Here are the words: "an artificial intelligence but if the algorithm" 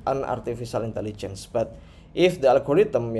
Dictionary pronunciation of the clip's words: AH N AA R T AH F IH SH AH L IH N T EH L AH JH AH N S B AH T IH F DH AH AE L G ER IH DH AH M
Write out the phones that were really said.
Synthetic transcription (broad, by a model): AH N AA R T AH F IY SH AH L IH N T EH L AH JH AH N S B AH T IH F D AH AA L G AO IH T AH M